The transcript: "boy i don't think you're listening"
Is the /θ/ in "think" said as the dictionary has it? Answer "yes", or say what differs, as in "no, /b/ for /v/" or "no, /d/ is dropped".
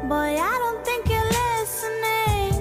no, /t/ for /θ/